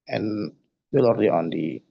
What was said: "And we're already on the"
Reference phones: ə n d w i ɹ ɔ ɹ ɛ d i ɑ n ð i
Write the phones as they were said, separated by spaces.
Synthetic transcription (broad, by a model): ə n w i l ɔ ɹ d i ɑ n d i